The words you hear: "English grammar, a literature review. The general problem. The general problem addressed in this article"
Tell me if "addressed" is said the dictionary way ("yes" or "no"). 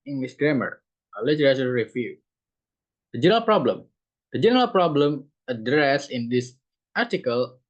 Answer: no